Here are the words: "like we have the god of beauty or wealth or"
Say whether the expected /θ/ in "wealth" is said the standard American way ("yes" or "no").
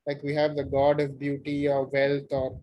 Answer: no